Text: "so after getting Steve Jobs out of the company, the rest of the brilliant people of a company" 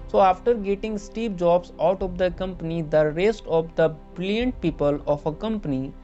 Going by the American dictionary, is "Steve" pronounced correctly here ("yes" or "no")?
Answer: no